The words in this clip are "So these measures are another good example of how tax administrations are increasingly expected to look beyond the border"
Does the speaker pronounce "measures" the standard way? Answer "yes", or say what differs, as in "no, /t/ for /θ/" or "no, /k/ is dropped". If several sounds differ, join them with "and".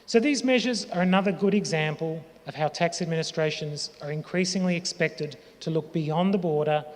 yes